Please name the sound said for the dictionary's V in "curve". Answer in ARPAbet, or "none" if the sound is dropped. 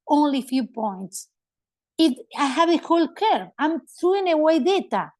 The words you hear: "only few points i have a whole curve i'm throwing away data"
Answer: none